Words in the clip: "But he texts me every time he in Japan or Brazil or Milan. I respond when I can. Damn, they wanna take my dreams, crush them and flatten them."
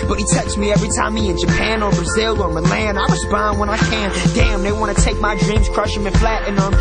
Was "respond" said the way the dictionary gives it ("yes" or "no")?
no